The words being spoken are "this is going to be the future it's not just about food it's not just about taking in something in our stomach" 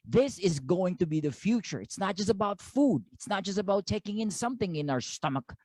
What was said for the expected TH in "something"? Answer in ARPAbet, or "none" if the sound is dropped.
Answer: TH